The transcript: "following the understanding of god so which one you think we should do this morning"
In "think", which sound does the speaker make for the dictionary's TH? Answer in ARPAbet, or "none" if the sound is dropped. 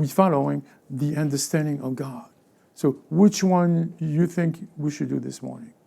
TH